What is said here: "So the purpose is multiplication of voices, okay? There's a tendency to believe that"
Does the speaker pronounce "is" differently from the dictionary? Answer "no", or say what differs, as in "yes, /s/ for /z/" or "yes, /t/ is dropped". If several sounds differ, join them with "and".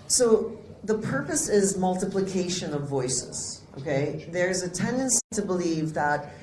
no